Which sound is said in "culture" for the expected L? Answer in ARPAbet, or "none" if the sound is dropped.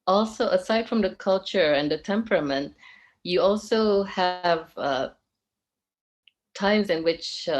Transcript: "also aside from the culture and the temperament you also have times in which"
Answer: L